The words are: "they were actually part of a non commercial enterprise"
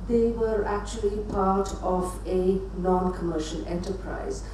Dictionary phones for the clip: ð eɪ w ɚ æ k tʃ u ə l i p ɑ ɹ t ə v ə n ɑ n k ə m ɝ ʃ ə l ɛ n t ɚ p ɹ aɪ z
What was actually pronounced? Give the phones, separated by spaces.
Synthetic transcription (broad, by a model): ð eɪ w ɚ æ k tʃ u ə l i p ɑ ɹ t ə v ə n ɑ n k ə m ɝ ʃ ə n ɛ n t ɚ p ɹ aɪ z